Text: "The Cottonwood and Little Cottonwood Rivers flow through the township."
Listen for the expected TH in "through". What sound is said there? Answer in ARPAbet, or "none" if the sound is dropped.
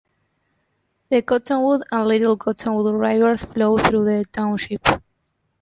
TH